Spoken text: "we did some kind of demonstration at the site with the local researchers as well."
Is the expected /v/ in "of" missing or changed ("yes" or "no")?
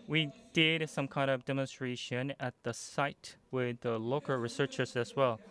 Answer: no